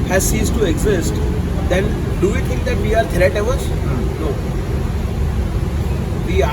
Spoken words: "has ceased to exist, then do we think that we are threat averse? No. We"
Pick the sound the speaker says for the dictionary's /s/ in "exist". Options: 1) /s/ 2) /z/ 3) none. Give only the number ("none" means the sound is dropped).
1